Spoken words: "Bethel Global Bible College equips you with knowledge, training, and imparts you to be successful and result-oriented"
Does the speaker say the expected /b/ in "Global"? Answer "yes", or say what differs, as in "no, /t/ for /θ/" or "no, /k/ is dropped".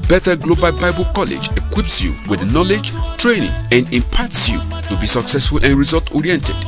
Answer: yes